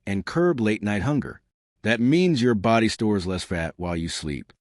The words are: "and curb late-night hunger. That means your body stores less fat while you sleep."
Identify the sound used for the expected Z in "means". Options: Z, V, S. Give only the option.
Z